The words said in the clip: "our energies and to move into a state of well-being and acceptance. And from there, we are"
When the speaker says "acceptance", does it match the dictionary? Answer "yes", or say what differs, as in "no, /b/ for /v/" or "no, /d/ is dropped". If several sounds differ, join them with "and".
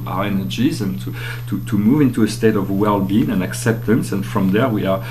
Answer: yes